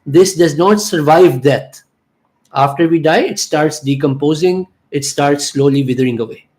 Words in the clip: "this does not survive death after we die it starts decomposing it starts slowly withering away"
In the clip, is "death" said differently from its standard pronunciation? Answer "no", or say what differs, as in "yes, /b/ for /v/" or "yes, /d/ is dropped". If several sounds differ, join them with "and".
yes, /t/ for /θ/